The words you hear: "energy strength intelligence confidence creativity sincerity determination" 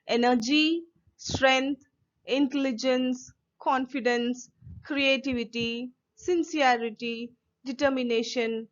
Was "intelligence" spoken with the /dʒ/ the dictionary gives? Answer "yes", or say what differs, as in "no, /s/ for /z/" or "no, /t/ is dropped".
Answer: yes